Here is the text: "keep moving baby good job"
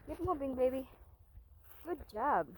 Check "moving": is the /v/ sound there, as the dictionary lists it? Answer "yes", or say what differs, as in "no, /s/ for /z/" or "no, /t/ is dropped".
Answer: no, /b/ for /v/